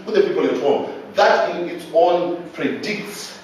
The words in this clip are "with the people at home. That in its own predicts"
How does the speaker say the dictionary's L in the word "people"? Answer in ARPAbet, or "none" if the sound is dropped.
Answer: N